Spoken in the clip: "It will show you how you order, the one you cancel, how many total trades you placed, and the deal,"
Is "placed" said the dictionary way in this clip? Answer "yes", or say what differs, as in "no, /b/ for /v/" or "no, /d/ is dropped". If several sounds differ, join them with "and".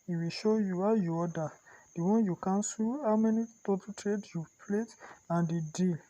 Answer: no, /s/ is dropped